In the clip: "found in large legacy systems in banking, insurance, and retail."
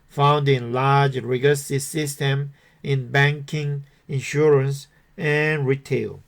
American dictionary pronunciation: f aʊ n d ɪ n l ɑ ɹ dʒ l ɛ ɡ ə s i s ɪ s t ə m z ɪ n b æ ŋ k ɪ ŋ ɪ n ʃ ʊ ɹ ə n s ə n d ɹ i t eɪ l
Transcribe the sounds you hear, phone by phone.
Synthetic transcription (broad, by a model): f aʊ n d ɪ n l ɑ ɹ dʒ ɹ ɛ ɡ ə s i s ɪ s t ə m ɪ n b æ ŋ k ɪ ŋ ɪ n ʃ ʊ ɹ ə n s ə n ɹ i t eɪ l